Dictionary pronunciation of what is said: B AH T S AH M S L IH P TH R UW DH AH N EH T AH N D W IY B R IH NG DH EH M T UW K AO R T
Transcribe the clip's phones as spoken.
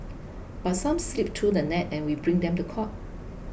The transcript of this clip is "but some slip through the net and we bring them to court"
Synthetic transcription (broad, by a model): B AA T S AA M S L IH P T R UW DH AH N EH T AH N W IY B R IH NG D EH M T UW K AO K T